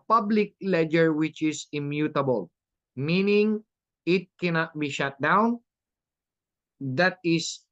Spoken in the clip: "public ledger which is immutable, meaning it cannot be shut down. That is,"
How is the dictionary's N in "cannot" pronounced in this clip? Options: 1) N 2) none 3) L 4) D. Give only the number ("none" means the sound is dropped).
1